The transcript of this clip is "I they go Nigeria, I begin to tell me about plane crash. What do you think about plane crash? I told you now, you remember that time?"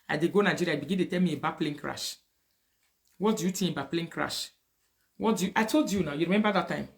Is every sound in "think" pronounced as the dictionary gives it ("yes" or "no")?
no